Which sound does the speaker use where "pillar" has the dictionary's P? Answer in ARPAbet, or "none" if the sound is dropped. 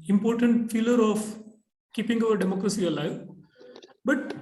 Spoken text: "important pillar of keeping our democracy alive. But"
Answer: F